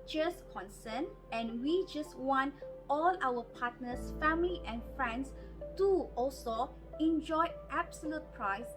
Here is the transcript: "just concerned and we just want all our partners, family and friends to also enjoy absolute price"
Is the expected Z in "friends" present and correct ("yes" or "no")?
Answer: no